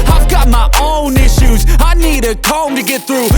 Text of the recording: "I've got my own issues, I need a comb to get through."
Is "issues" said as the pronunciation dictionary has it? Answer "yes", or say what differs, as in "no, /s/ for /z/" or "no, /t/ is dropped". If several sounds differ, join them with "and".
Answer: yes